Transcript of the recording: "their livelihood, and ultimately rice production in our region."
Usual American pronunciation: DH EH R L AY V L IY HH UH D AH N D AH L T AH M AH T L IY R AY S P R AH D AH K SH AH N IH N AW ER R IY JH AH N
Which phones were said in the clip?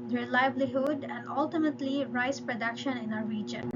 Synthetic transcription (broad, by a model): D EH L AY B L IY HH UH D AH N D AH L T AH M AH T L IY R AY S P R AH D AH K SH AH N IH N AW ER R IY JH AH N